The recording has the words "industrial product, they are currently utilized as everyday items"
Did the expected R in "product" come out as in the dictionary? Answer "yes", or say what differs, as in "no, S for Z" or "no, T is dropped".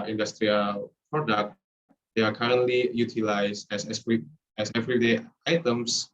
yes